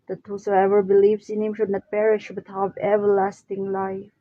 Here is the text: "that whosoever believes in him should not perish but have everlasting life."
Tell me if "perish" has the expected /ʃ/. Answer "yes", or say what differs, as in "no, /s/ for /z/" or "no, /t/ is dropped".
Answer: yes